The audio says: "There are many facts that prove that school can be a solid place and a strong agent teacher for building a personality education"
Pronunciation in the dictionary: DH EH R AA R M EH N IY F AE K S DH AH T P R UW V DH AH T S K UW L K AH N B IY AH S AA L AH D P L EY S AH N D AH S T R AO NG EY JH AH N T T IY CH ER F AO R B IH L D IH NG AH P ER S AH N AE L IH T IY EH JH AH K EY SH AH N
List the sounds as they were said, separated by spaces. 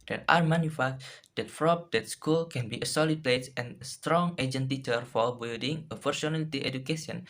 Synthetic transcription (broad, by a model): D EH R AA R M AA N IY F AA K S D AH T F R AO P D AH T S K UW L K AH N B IY AH S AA L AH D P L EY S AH N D AH S T R AO NG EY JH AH N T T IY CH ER F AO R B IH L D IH NG AH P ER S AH N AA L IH T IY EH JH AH K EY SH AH N